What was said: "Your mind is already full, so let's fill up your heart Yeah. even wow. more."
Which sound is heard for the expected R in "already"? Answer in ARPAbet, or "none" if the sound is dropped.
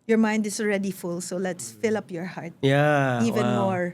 R